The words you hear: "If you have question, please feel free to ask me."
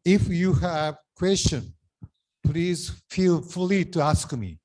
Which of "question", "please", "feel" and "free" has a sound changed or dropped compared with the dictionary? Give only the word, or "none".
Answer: free